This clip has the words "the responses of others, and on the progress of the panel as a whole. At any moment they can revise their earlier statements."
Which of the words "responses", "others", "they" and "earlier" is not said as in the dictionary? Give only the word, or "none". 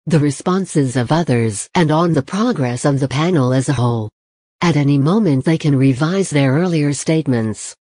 none